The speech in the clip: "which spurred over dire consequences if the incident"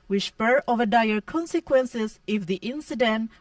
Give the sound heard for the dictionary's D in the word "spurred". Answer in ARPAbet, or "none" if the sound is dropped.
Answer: none